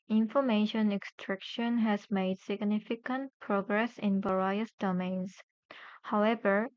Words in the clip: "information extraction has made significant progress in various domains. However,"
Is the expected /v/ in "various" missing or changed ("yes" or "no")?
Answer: yes